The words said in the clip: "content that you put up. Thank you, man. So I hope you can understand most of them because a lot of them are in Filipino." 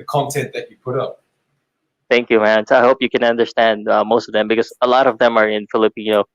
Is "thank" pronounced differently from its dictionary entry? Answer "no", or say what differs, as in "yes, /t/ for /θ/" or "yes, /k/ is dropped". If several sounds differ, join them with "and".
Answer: no